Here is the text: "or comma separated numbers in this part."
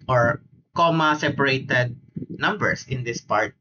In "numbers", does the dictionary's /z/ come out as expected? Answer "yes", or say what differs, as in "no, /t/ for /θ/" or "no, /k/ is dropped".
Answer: no, /s/ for /z/